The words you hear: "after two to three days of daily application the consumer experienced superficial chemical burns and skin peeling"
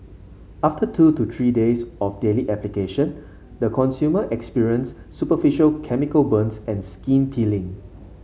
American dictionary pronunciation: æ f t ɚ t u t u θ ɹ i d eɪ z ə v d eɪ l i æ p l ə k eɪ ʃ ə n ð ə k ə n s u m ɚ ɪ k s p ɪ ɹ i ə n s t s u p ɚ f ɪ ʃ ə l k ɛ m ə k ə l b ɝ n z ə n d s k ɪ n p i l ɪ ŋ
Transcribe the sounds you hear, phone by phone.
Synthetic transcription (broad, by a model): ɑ f t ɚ t u t u t ɹ i d eɪ s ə f d eɪ l i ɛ p l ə k eɪ ʃ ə n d ə k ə n s u m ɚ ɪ k s p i ɹ i ə n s s u p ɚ f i ʃ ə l k ɛ m ə k ə l b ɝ n s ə n s k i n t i l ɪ ŋ